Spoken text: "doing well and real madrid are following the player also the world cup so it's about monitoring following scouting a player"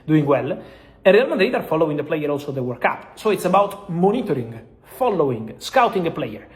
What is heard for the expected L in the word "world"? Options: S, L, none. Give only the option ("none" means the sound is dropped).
none